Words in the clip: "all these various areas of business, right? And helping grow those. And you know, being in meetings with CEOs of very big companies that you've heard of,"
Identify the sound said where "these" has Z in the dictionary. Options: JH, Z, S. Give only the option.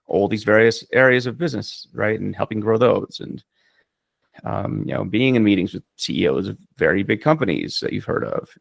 Z